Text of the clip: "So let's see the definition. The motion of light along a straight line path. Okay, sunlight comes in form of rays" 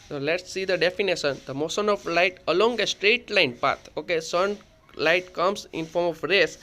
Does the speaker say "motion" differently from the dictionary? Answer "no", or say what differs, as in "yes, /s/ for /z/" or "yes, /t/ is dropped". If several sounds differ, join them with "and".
yes, /s/ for /ʃ/